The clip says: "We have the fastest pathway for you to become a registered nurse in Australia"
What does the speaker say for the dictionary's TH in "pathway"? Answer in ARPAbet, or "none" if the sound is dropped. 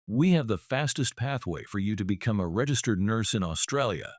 TH